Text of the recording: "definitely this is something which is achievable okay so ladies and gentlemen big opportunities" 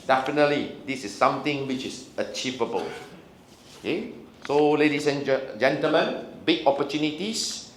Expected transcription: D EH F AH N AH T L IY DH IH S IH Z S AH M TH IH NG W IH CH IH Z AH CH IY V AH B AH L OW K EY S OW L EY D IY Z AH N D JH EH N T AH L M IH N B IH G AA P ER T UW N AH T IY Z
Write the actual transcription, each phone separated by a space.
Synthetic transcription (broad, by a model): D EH F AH N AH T L IY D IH S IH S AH M T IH NG W IH CH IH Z AH CH IY V AH B AH L OW K EY S OW L EY D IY S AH N JH EH N T AH L M IH N B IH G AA P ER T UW N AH T IY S